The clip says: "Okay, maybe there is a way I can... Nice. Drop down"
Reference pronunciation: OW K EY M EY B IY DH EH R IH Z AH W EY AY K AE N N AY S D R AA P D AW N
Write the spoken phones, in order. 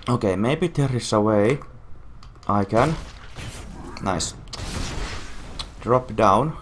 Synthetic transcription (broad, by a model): OW K EY M EY B IY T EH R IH S AH W EY AY K AE N N AY S D R AA P D AW N